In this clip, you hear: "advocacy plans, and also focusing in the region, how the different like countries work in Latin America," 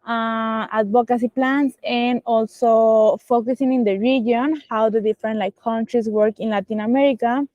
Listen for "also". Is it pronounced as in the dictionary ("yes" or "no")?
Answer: yes